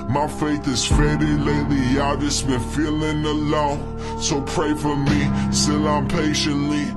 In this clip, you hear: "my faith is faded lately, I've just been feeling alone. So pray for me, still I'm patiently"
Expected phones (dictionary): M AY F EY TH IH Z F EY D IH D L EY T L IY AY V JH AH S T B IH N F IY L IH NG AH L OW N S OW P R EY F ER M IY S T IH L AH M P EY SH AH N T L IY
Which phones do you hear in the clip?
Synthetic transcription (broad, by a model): M AY F EY TH IH Z F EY D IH L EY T L IY AY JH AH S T B IH N F IY L IH NG AH L OW N S OW P R EY F ER M IY S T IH L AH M P EY SH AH N T L IY